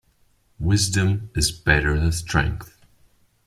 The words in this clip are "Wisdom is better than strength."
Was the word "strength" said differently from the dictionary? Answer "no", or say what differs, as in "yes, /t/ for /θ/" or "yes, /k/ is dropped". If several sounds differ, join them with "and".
no